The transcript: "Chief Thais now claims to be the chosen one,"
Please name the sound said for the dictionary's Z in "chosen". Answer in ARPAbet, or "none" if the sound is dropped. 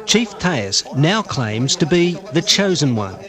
Z